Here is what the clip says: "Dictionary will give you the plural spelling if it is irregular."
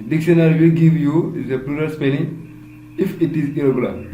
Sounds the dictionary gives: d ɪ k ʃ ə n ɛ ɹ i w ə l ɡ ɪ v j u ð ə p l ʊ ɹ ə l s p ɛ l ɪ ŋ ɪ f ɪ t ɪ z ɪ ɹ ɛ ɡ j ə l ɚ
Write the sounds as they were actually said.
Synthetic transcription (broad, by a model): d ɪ k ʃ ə n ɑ ɹ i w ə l ɡ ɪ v j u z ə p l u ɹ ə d s p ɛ n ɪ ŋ ɪ f ɪ t ɪ z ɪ ɹ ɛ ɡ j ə l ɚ